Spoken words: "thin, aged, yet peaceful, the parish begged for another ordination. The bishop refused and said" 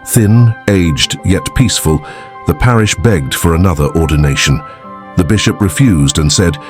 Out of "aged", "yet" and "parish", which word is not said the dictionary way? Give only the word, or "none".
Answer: none